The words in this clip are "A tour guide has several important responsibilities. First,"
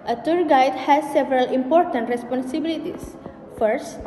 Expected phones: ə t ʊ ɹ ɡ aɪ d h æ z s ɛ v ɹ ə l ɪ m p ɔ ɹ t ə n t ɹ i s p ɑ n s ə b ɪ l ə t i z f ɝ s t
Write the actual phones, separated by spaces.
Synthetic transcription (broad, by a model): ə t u ɹ ɡ aɪ d h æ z s ɛ v ɹ ə l ɪ m p ɔ ɹ t ə n t ɹ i s p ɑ n s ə b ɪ l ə t i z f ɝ s t